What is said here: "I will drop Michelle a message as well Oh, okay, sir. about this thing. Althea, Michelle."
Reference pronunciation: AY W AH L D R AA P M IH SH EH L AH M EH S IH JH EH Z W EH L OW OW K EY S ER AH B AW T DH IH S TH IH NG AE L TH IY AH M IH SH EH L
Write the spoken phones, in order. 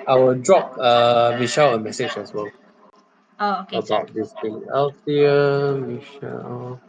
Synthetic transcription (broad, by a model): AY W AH D R AA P M IH SH EH L AH M EH S IH JH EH S W EH L OW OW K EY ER AH B AW T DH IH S T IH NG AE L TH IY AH M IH SH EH L